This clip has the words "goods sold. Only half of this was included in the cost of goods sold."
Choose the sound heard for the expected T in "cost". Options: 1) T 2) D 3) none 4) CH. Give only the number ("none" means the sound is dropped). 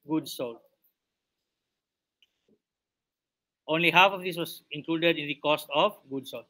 1